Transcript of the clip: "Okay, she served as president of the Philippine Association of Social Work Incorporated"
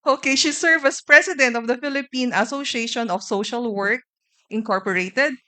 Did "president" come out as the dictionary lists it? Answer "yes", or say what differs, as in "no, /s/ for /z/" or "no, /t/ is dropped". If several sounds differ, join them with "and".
no, /s/ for /z/